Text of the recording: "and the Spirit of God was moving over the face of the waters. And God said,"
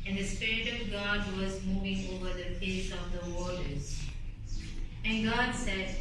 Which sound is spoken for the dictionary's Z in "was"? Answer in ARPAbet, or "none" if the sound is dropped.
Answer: Z